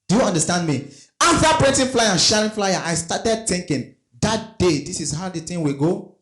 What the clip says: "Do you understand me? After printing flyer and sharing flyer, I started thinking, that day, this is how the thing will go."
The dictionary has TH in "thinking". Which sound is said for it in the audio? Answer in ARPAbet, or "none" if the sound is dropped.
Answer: T